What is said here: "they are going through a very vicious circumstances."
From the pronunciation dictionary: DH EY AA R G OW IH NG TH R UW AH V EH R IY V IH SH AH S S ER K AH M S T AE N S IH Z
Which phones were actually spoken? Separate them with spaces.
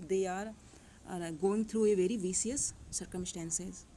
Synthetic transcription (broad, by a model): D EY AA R G OW IH NG T R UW AH V EH R IY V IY S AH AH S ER K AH M S T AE N S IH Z